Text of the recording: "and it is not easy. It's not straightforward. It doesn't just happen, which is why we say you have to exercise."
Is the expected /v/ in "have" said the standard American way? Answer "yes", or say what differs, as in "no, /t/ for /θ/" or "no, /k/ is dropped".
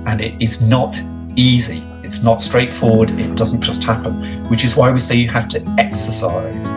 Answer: no, /f/ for /v/